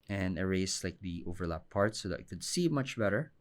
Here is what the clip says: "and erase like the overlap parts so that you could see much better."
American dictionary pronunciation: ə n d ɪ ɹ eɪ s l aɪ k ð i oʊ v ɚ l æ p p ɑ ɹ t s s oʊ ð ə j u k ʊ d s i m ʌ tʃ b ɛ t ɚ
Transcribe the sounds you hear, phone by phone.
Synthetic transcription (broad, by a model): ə n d ɪ ɹ eɪ s l aɪ k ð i oʊ v ɚ l æ p p ɑ ɹ t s s oʊ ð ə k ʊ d s i m ʌ tʃ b ɛ t ɚ